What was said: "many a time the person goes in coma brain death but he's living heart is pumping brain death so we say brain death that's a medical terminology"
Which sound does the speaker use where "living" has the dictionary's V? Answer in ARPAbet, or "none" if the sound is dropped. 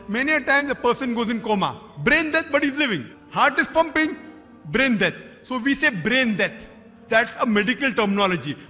V